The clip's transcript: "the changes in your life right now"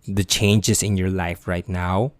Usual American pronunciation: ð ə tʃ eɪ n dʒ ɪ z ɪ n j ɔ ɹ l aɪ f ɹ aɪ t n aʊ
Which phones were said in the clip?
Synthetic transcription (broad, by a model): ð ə tʃ eɪ n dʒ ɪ s ɪ n j ɔ ɹ l aɪ f ɹ aɪ t n aʊ